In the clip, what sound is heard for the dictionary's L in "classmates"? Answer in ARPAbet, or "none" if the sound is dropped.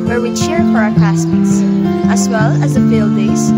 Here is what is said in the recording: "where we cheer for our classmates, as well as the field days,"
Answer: none